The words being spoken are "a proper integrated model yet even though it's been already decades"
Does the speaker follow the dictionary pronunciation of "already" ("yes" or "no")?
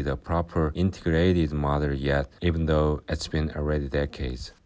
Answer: yes